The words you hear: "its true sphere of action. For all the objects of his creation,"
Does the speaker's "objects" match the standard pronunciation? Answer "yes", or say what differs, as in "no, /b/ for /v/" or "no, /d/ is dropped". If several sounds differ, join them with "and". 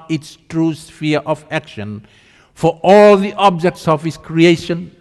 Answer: yes